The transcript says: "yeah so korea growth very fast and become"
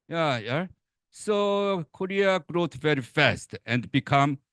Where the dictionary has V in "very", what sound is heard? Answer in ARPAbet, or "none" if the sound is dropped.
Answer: V